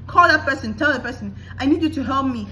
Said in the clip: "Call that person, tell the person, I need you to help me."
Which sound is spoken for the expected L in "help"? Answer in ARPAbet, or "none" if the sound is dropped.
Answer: L